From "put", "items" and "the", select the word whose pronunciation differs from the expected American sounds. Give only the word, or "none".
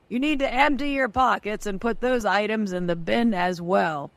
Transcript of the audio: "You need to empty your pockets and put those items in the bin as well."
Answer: none